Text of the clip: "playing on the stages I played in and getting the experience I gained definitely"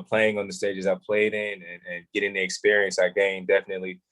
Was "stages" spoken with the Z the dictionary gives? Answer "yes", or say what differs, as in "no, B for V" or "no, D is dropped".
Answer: yes